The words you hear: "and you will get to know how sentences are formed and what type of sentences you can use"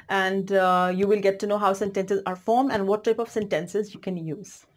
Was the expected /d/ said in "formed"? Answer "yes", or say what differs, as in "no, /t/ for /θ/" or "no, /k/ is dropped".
no, /d/ is dropped